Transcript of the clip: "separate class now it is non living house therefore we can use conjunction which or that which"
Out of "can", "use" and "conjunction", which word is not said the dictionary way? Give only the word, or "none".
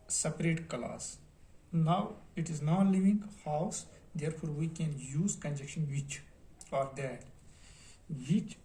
conjunction